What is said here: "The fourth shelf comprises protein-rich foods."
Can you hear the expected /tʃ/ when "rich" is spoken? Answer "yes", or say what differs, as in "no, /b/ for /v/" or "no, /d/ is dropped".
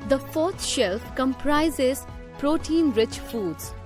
yes